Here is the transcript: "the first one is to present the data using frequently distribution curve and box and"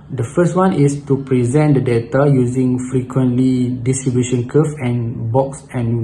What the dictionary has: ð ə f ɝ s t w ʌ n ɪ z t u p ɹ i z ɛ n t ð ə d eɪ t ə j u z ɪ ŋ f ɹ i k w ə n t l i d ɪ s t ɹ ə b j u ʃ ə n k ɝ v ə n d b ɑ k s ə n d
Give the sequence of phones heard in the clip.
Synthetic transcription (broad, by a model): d ə f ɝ s t w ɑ n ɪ s t u p ɹ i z ɛ n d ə d eɪ t ə j u z ɪ ŋ f ɹ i k w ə n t l i d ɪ s t ɹ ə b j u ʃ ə n k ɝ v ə n b ɑ k s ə n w